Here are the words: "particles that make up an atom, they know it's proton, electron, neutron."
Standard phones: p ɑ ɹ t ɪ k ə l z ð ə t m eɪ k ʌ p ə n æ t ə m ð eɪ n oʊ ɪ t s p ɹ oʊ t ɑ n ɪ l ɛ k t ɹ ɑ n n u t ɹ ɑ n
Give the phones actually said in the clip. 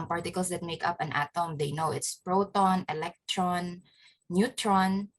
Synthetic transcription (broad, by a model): p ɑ ɹ t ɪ k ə l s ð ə t m eɪ k ʌ p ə n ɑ t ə m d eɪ n oʊ ɪ t s p ɹ oʊ t ɑ n ɪ l ɛ k t ɹ ɑ n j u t ɹ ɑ n